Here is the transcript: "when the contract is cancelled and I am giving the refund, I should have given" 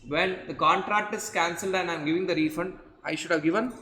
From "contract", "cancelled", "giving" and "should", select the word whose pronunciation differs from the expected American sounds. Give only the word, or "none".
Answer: none